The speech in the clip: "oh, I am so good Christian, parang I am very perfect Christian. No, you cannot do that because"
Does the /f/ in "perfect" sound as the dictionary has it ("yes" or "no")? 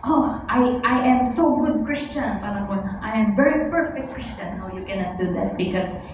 yes